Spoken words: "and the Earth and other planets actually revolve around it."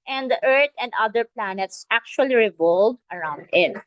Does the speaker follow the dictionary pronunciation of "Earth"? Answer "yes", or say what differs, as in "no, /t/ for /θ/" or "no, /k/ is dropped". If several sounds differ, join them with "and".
no, /t/ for /θ/